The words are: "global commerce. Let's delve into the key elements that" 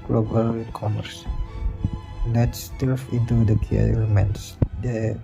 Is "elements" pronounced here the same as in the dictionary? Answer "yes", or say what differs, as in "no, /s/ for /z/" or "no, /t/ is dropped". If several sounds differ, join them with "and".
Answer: no, /l/ is dropped